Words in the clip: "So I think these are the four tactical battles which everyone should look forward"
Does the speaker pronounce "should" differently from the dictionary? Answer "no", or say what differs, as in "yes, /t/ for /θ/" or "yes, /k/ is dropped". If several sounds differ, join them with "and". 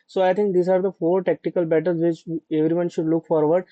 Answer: no